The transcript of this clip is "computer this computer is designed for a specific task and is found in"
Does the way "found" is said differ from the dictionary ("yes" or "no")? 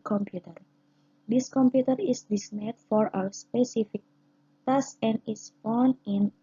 yes